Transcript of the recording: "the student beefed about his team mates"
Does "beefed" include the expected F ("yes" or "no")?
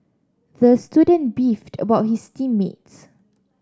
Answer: yes